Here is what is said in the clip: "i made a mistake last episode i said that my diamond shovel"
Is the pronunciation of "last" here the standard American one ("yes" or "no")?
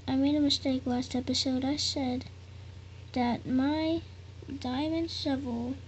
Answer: no